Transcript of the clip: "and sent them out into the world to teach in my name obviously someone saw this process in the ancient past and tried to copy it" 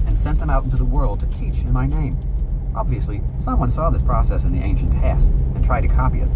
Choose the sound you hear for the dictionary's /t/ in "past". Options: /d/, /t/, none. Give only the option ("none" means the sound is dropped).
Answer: none